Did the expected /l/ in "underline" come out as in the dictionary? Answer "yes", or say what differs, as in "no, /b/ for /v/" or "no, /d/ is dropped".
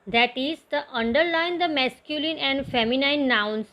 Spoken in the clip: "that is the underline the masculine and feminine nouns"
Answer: yes